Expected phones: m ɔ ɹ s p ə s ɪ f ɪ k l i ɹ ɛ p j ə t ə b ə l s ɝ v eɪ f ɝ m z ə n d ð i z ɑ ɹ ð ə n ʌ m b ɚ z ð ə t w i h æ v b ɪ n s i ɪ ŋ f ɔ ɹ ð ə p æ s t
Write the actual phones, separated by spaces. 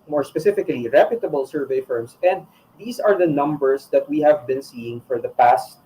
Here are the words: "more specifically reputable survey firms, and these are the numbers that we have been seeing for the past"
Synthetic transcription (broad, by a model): m ɔ ɹ s p ə s ɪ f ɪ k l i ɹ ɛ p j ə t ə b ə l s ɝ v eɪ f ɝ m s ə n d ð i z ɑ ɹ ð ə n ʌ m b ɚ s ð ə t w i h æ v b ɪ n s i ɪ ŋ f ɔ ɹ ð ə p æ s t